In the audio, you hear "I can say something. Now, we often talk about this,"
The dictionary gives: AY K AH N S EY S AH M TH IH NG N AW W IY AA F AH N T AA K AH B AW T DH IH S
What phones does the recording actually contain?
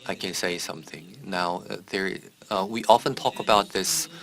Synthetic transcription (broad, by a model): AY K AH N S EY S AH M TH IH NG N AW W IY AA F AH N T AA K AH B AW T DH IH S